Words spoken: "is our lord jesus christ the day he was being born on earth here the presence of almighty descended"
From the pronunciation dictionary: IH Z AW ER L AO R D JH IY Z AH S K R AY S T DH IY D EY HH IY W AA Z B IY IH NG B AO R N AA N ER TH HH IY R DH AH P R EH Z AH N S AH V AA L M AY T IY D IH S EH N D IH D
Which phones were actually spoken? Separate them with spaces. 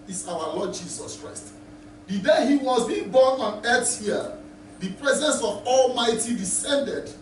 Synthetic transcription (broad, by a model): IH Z AW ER L AO D JH IY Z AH S K R AY S T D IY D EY HH IY W AA Z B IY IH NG B AO N AA N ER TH HH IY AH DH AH P R EH Z AH N S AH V AA L M AY T IY D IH S EH N D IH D